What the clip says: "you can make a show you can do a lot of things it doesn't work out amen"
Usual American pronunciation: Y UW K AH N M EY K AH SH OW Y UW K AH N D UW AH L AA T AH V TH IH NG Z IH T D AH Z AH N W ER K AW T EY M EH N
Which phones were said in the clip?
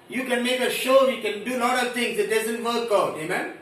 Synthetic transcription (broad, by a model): Y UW K AH N M EY K AH SH OW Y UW K AH N D UW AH L AA T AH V T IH NG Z IH T D AH Z AH N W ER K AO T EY M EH N